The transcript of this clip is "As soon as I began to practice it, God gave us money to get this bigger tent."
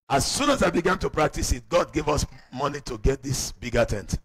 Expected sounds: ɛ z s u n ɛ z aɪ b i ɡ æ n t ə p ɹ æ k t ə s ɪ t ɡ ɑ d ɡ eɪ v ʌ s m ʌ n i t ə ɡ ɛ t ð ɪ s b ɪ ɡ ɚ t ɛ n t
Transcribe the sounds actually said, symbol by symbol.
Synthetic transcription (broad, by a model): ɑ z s u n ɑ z aɪ b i ɡ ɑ n t ə p ɹ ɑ k t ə s ɪ t ɡ ɑ d ɡ eɪ v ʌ s m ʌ n i t ə ɡ ɛ t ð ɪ s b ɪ ɡ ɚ t ɛ n t